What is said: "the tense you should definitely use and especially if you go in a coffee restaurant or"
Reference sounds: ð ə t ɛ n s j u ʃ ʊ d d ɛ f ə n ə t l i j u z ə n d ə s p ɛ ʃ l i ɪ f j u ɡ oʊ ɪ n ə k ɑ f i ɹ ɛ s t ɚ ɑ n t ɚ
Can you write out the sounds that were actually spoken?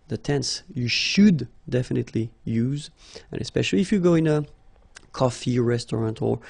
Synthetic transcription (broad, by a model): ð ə t ɛ n s j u ʃ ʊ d d ɛ f ə n ə t l i j u z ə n ə s p ɛ ʃ l i ɪ f j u ɡ oʊ ɪ n ə k ɑ f i ɹ ɛ s t ɚ ɑ n t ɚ